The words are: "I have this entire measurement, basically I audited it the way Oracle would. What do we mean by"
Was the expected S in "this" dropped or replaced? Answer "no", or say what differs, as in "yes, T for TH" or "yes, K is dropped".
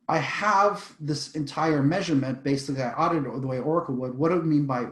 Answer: no